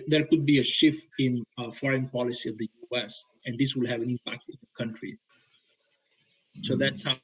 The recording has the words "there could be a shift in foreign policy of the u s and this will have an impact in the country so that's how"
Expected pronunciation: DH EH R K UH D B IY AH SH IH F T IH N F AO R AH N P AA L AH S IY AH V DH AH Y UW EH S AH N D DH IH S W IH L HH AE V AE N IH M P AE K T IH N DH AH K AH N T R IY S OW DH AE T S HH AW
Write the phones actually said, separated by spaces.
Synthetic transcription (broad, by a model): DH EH R K UH D B IY AH SH IH F T IH N F AO R AH N P AA L AH S IY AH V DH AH Y UW EH S AH N D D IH S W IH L HH AE V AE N IH M P AE K T IH N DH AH K AH N T R IY S OW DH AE T S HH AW